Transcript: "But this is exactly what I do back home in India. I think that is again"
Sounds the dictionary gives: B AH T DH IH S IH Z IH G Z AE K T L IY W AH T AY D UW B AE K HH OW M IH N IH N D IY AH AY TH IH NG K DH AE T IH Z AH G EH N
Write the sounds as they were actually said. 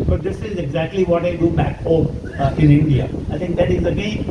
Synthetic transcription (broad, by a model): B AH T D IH S IH Z IH G Z AE K T L IY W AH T AY D UW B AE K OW IH N IH N D IY AH AY T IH NG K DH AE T IH Z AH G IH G